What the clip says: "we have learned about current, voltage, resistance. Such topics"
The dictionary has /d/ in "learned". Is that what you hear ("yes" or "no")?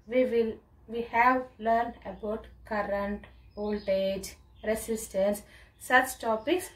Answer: yes